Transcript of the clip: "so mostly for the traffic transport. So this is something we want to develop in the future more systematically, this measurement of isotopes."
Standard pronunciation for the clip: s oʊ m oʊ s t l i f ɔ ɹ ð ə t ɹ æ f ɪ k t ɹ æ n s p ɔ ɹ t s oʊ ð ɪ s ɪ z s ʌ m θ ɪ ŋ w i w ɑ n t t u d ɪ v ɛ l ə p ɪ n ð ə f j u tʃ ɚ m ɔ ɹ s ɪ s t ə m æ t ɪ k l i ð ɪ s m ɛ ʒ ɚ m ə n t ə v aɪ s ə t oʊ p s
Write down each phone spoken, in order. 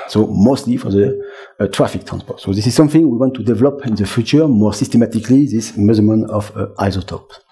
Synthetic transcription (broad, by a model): s oʊ m oʊ s t l i f ɔ ɹ ð ə t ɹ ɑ f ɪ k t ɹ æ n s p ɔ ɹ t s oʊ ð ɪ s ɪ z s ʌ m θ ɪ ŋ w i w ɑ n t t u d ɪ v ɛ l ə p ɪ n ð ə f j u tʃ ɚ m ɔ ɹ s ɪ s t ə m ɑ t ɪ k l i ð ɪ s m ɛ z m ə n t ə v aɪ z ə t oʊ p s